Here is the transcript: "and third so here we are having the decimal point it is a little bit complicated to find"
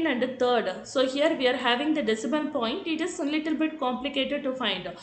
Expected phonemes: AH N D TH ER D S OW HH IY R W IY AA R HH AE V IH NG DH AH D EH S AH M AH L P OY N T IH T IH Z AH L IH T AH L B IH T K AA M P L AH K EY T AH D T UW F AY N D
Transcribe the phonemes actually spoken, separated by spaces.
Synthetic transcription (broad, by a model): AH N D T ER D S OW HH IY R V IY AA R HH AE V IH NG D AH D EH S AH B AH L P OY N T IH T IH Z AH L IH T AH L B IH T K AA M P L AH K EY T AH D T UW F AY N D